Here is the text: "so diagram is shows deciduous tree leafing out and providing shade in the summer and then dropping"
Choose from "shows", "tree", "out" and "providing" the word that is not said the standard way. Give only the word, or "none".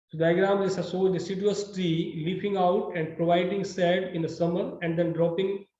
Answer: shows